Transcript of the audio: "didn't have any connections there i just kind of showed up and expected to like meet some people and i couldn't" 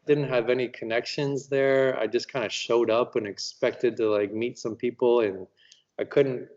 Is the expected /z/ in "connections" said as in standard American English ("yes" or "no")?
yes